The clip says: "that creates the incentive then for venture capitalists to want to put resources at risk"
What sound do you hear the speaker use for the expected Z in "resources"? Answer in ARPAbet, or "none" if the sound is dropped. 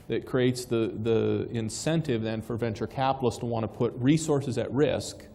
Z